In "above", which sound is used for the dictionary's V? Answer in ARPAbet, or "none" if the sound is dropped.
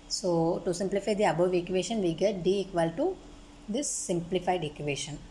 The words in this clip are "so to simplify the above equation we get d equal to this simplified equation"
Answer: V